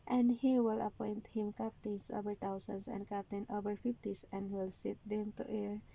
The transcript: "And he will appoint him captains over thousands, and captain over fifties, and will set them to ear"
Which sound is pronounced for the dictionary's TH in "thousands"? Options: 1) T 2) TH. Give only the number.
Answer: 1